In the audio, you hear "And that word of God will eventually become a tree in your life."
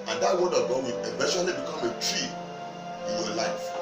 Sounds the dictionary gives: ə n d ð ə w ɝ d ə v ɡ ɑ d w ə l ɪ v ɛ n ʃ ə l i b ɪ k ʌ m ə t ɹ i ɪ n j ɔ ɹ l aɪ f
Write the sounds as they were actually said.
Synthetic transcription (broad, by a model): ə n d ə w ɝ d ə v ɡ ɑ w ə n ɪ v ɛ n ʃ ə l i b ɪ k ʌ m ə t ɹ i ɪ n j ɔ l aɪ f